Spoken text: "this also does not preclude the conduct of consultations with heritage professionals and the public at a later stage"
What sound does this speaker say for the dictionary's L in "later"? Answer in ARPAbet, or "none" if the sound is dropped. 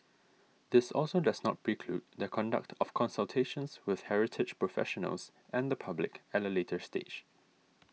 L